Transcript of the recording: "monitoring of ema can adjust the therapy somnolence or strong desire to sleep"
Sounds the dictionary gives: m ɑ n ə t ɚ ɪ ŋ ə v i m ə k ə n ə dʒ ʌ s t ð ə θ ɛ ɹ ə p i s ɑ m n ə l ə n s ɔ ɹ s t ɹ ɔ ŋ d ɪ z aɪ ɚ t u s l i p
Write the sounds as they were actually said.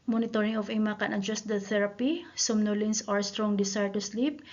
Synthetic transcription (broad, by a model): m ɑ n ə t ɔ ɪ ŋ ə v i m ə k ə n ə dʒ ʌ s t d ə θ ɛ ɹ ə p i s ɑ m n ə l ə n s ɔ ɹ s t ɹ ɔ ŋ d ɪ s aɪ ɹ t u s l i p